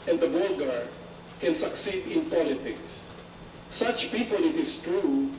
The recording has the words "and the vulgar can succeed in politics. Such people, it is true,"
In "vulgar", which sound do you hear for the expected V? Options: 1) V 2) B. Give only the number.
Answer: 2